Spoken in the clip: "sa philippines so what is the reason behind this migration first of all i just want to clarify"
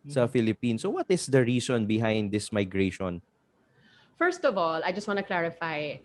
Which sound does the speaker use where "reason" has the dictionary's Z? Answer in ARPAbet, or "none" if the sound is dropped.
S